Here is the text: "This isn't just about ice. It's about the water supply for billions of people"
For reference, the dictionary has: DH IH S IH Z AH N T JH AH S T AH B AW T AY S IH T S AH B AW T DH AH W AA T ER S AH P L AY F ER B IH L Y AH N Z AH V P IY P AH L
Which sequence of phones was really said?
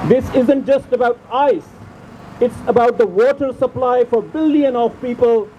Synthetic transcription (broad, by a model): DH IH S IH Z AH N T JH AH S T AH B AW T AY S IH T S AH B AW T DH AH W AA T ER S AH P L AY F ER B IH L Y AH N AH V P IY P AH L